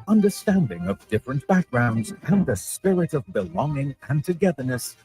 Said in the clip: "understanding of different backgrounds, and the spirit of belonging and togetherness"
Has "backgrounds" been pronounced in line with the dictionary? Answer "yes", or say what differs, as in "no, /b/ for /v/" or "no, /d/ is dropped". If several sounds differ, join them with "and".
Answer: yes